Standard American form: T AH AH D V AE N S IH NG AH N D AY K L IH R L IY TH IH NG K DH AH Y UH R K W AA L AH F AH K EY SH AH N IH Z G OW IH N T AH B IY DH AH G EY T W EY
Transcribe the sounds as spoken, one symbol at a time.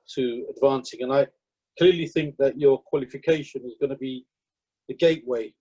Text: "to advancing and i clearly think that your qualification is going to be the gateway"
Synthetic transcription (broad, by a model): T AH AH D V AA N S IH NG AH N AY K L IH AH L IY TH IH NG K DH AH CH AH K W AA L AH F AH K EY SH AH N IH Z G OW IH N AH B IY DH AH G EY T W EY